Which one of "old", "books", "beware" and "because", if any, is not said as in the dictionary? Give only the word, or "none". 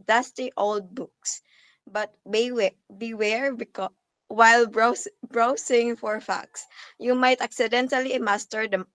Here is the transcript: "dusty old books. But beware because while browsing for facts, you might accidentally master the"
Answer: because